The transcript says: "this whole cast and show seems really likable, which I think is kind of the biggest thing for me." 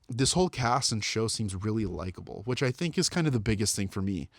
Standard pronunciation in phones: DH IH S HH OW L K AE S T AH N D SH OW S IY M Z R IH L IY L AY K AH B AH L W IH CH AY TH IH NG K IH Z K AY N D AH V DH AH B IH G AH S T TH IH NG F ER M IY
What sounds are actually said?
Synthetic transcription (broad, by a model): DH IH S HH OW L K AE S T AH N SH OW S IY M Z R IH L IY L AY K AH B L W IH CH AY TH IH NG K IH Z K AY N D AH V DH AH B IH G AH S T TH IH NG F ER M IY